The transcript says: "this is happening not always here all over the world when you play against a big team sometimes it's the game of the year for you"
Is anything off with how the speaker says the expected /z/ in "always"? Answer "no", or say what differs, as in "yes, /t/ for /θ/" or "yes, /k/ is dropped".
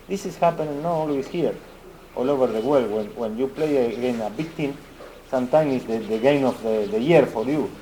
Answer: yes, /s/ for /z/